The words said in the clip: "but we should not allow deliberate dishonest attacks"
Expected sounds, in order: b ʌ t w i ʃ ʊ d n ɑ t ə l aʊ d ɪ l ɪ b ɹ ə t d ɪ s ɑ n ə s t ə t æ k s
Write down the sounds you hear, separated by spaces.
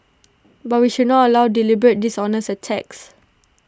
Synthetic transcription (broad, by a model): b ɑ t w i ʃ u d n ɑ t ə l aʊ d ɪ l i b ɹ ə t d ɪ s ɑ n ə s ə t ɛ k s